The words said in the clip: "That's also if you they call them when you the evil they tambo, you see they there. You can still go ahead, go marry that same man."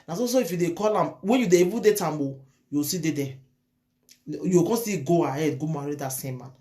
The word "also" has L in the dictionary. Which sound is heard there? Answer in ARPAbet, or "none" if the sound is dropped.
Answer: none